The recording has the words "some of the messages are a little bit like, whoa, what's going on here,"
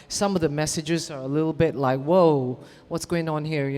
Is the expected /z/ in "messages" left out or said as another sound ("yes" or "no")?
no